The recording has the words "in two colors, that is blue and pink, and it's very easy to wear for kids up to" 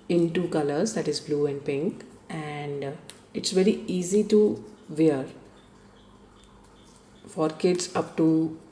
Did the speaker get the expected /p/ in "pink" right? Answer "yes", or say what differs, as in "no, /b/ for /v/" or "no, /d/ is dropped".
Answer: yes